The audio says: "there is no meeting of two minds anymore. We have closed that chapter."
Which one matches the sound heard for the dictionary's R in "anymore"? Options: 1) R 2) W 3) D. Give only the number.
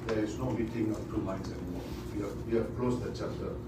2